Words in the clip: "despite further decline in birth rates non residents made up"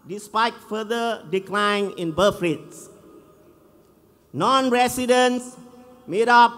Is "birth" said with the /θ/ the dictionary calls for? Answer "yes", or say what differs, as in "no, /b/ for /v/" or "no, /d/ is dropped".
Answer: no, /f/ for /θ/